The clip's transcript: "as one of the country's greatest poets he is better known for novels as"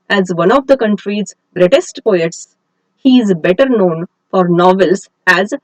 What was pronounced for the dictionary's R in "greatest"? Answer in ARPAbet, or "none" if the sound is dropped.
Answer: R